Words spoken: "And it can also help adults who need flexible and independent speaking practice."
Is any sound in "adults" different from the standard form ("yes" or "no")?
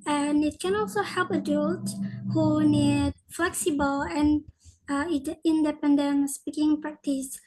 yes